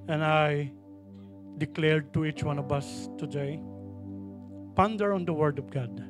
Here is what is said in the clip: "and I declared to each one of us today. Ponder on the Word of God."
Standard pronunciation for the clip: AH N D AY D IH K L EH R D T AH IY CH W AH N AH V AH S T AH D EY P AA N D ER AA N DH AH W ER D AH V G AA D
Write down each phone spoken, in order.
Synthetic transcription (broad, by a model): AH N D AY D IH K L EH R D T AH IY CH W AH N AH V AH S T AH D EY P AA N D ER AA N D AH W ER D AH V G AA D